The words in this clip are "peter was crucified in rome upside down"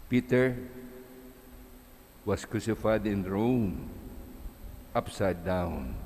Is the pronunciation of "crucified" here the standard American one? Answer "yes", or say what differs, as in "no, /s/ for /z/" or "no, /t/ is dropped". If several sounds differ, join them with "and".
yes